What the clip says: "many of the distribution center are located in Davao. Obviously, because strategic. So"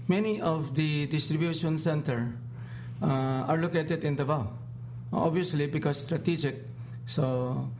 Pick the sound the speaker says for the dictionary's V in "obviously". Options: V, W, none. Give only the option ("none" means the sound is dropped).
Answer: none